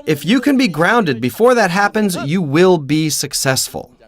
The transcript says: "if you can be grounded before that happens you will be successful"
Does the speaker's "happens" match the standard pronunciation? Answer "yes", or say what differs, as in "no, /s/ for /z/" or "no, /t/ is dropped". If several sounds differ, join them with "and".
yes